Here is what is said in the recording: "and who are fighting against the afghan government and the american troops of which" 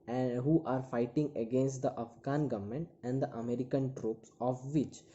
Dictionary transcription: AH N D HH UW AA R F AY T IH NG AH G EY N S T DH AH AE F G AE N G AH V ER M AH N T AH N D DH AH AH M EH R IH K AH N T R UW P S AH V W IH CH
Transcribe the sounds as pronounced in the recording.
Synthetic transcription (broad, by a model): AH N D HH UW AA R F AY T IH NG AH G EY N S T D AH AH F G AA N G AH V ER M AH N T AH N D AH AH M EH R IH K AH N T R UW P S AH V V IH CH